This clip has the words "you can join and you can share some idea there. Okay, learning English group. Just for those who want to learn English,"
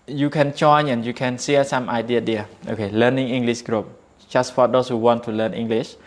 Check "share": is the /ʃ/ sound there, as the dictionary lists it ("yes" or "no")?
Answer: no